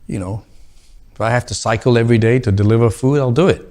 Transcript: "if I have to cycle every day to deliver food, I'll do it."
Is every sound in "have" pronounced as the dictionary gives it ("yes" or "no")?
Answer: no